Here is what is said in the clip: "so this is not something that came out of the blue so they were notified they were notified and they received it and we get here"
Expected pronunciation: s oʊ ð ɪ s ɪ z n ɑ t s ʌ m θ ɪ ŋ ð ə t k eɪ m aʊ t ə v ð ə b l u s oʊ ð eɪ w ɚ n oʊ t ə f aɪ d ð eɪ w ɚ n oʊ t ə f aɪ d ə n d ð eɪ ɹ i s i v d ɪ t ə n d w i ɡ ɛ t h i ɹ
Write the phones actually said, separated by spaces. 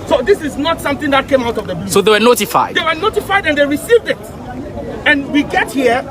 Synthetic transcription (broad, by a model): s oʊ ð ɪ s ɪ z n ɑ t s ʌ m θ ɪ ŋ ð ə t k eɪ m aʊ t ə v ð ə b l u s oʊ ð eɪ w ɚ n oʊ t ə f aɪ d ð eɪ w ɚ n oʊ t ə f aɪ d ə n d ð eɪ ɹ i s i v d ɪ t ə n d w i ɡ ɛ t h i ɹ